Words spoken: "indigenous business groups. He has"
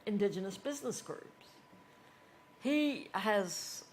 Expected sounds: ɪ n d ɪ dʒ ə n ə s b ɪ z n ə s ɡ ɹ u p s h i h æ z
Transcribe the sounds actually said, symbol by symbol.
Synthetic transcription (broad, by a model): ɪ n d ɪ dʒ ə n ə s b ɪ z n ə s ɡ ɹ u p s h i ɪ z